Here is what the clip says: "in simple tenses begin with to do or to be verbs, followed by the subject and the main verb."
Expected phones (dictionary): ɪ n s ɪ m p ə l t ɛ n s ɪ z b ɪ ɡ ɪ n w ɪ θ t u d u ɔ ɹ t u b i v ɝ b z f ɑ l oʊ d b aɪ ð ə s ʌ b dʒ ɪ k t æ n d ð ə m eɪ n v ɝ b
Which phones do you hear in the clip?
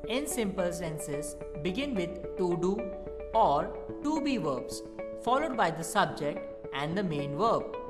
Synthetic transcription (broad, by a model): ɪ n s ɪ m p ə l s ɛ n s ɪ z b ɪ ɡ ɪ n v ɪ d t u d u ɔ ɹ t u b i v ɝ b s f ɑ l oʊ d b aɪ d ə s ʌ b dʒ ɪ k t æ n d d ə m eɪ n v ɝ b